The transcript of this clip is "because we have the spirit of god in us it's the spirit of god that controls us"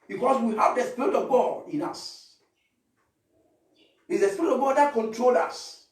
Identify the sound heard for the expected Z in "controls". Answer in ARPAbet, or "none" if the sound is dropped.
none